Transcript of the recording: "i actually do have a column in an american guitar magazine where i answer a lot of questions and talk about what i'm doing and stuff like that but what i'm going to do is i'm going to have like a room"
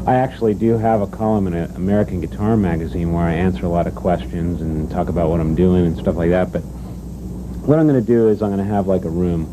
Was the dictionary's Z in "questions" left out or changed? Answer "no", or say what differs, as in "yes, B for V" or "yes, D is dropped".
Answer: no